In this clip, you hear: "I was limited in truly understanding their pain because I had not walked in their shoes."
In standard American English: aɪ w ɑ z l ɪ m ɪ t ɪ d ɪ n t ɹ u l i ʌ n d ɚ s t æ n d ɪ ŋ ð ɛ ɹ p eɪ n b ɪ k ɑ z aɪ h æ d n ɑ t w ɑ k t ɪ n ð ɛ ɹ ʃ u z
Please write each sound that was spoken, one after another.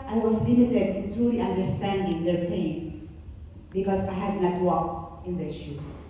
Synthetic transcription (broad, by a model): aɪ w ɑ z l ɪ m ɪ t ɪ d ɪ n t ɹ u l i ʌ n d ɚ s t æ n d ɪ ŋ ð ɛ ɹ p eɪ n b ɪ k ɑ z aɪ h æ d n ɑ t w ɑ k ɪ n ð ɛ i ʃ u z